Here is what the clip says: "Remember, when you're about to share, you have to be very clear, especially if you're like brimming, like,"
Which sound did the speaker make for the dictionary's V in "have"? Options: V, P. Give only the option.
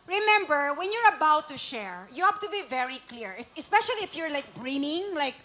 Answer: P